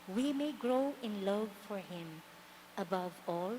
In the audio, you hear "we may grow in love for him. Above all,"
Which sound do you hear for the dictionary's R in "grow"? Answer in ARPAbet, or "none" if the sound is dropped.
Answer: R